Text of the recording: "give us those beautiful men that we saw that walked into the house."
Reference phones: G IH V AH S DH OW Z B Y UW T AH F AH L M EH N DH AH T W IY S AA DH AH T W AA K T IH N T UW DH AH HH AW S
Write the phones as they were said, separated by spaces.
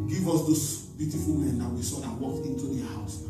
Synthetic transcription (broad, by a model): G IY V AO S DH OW S B Y UW T AH F AH L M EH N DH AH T W IY S AA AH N W AA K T IH N T UW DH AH HH AW S